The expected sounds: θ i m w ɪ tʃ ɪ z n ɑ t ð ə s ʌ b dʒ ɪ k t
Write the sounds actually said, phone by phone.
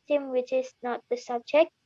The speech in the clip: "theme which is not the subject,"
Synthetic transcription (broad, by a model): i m w ɪ tʃ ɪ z n ɑ t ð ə s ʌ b dʒ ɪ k